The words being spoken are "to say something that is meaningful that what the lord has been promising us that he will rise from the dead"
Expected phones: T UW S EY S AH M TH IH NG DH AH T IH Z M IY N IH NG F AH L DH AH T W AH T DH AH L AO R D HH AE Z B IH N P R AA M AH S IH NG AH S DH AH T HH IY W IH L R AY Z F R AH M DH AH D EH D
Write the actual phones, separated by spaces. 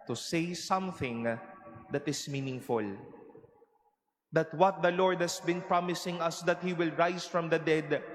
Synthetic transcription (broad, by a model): T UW S EY S AH M TH IH NG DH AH T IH S M IY N IH NG F AH L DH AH T W AH T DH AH L AO R D HH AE S B IH N P R AA M AH S IH NG AH S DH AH T HH IY W IH L R AY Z F R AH M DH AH D EH D